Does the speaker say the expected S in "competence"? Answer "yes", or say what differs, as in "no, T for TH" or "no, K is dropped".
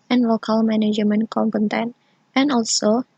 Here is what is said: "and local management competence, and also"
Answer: no, S is dropped